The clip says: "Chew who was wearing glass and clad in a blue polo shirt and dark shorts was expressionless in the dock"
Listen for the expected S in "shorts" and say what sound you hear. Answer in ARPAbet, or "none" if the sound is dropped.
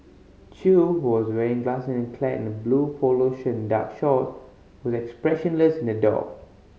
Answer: none